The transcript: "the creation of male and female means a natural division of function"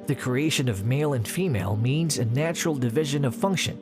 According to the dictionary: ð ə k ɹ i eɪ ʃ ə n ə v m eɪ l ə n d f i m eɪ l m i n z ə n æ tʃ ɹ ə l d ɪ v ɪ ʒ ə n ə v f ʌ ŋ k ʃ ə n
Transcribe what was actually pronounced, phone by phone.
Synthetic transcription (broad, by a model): ð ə k ɹ i eɪ ʃ ə n ə v m eɪ l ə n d f i m eɪ l m i n z ə n æ tʃ ɹ l d ɪ v ɪ ʒ ə n ə v f ʌ ŋ k ʃ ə n